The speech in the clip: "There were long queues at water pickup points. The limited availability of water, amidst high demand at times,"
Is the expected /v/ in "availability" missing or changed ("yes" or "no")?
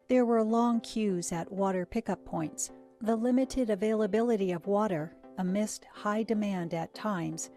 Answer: no